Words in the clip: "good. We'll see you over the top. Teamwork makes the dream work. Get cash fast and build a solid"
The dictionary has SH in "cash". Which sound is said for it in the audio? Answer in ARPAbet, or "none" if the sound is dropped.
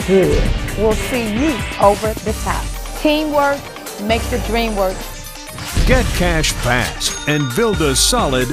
SH